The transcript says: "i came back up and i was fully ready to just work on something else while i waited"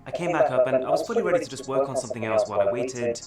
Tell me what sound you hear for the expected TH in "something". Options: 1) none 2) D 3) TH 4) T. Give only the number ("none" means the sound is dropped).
3